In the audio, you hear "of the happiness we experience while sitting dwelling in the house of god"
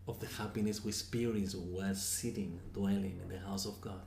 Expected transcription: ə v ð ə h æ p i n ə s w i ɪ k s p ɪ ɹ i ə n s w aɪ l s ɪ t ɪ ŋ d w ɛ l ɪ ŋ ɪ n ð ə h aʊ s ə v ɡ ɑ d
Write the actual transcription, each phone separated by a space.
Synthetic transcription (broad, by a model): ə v ð ə h æ p i n ə s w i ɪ s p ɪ ɹ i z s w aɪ s ɪ t ɪ ŋ d w ɛ l ɪ ŋ ɪ n ð ə h aʊ s ə v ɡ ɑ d